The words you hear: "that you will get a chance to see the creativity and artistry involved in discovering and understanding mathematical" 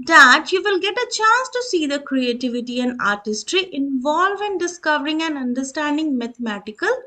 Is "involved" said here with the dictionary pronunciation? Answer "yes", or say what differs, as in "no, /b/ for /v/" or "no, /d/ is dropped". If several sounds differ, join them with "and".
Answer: no, /d/ is dropped